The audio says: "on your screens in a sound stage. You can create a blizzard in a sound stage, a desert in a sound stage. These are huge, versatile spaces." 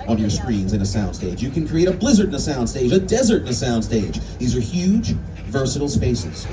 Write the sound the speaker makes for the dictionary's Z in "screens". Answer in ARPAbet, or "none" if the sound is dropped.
Z